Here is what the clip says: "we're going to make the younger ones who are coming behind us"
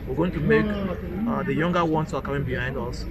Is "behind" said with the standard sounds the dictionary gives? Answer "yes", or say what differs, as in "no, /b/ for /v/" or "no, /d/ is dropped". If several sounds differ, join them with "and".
yes